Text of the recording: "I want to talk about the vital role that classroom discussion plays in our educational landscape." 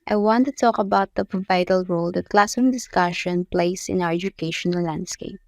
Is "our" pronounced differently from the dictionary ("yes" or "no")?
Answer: yes